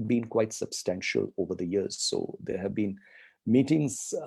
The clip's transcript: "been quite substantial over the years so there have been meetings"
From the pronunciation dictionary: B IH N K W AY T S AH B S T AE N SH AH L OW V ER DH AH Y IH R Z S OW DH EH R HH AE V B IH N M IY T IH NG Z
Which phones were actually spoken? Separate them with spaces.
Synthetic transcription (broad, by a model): B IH N K W AY T S AH B S T AE N SH AH L OW V ER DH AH Y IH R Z S OW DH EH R HH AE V B IH N M IY T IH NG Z